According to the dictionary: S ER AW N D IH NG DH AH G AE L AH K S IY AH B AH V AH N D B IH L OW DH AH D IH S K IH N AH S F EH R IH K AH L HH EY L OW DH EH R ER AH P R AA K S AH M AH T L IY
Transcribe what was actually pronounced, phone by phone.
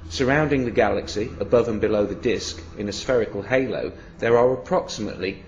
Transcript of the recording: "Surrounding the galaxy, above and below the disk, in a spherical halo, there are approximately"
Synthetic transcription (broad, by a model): S ER AW N D IH NG DH AH G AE L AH K S IY AH B AH V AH N B IH L OW DH AH D IH S K IH N AH S F EH R IH K AH L HH EY L OW DH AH R ER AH P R AA K S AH M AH T L IY